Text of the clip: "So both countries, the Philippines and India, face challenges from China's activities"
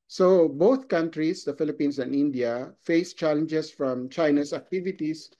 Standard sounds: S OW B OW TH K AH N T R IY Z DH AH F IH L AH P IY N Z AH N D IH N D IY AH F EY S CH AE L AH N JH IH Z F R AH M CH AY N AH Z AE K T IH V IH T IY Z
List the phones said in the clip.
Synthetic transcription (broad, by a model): S OW B OW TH K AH N T R IY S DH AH F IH L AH P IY N S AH N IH N D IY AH F EY S CH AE L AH N JH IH S F R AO M CH AY N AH S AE K T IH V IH T IY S